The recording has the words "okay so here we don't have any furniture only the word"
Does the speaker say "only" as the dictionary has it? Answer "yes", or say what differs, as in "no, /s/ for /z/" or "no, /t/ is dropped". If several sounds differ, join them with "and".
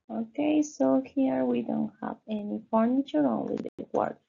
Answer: no, /w/ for /l/